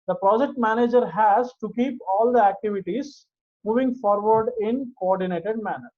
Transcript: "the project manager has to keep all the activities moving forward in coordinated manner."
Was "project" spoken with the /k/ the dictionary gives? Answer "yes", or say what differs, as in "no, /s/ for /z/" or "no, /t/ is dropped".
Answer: yes